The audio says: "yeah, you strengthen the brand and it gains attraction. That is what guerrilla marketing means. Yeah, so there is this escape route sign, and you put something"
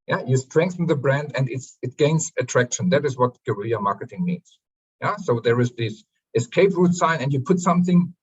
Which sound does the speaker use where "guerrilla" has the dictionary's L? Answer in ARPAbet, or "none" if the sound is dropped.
none